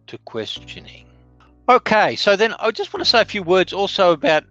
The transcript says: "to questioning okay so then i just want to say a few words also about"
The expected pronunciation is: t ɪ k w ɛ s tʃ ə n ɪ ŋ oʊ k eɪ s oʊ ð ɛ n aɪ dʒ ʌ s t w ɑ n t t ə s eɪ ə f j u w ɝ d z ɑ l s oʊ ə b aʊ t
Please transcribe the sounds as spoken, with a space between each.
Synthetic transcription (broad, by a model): t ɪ k w ɛ s tʃ ə n ɪ ŋ oʊ k eɪ s oʊ ð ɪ n aɪ dʒ ʌ s t w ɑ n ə s eɪ ə f j u w ɝ d z ɑ l s oʊ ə b aʊ t